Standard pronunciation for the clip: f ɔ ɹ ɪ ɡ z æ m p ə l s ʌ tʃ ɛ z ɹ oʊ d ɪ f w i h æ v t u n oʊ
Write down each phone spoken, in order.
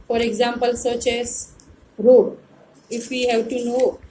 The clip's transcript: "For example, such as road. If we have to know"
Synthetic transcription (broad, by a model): f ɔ ɹ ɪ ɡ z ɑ m p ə l s ʌ tʃ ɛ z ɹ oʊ ɪ f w i h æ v t u n oʊ